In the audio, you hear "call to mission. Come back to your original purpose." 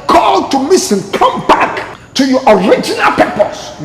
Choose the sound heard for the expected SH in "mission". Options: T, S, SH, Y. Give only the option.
S